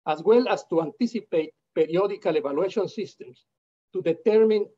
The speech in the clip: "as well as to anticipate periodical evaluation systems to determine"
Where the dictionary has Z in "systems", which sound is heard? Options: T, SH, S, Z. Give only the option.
S